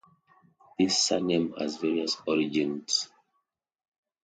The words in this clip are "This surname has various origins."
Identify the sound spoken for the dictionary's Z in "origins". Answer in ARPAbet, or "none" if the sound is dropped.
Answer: S